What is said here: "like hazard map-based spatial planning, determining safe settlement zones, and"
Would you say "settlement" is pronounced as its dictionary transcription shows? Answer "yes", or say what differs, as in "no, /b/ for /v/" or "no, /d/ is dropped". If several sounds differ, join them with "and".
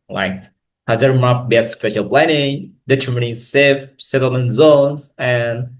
no, /m/ is dropped